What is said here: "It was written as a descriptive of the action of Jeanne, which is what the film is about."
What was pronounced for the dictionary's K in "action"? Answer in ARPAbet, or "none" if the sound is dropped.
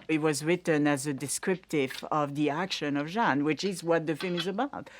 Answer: K